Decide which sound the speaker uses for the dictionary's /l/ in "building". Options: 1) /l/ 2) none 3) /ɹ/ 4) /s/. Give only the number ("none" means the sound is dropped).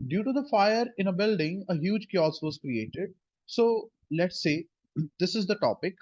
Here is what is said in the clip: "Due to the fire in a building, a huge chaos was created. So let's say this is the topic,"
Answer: 1